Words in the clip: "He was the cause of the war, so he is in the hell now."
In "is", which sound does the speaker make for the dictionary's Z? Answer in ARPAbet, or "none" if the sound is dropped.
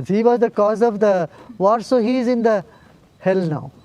Z